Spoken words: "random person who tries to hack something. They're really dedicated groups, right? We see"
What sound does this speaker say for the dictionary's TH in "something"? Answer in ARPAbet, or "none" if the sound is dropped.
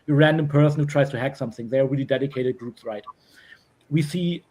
TH